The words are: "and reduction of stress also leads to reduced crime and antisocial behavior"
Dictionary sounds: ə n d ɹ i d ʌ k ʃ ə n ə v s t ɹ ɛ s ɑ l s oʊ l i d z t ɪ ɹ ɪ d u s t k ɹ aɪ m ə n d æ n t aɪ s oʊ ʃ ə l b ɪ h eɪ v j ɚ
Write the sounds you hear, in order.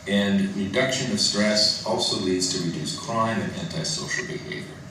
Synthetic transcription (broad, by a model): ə n ɹ i d ʌ k ʃ ə n ə v s t ɹ ɛ s ɑ l s oʊ l i d z t ɪ ɹ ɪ d u s k l aɪ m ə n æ n t aɪ s oʊ ʃ l b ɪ h eɪ v j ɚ